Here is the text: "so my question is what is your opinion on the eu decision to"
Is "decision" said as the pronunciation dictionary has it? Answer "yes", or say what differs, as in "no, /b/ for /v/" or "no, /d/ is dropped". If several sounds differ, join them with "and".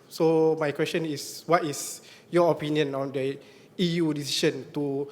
no, /ʃ/ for /ʒ/